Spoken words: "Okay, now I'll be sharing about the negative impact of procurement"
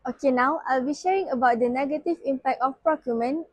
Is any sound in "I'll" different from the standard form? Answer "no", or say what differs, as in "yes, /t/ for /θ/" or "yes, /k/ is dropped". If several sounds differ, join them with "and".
no